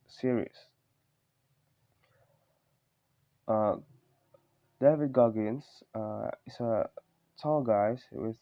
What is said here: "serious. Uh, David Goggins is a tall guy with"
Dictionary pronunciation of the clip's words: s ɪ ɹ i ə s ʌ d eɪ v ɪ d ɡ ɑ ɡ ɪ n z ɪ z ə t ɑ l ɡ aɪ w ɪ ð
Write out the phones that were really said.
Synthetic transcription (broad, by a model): s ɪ ɹ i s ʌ d eɪ v ɪ d ɡ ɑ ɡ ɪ n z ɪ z ə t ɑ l ɡ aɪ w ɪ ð